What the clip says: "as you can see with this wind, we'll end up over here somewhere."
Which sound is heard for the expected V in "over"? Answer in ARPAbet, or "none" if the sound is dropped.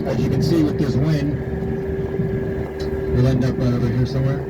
none